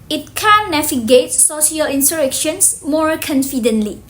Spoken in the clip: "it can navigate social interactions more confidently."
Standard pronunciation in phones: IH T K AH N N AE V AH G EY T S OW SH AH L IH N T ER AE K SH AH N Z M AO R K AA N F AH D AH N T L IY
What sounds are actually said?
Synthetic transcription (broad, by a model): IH T K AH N N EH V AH G EY T S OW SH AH L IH N S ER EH K SH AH N S M AO R K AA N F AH D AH N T L IY